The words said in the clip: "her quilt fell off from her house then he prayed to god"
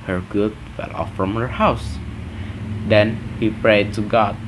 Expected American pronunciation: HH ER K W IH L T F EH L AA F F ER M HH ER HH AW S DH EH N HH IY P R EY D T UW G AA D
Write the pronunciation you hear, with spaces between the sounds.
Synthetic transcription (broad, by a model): HH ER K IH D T F EH L AA F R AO M HH ER HH AW S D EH N HH IY P R EY D T UW G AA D